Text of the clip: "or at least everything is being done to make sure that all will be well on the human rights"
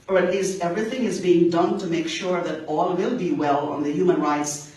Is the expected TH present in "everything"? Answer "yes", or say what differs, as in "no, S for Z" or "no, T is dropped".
yes